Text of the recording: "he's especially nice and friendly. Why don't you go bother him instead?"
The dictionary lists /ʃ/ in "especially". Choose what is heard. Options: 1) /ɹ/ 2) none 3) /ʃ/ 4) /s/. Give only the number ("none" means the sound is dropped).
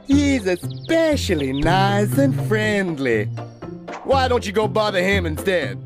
3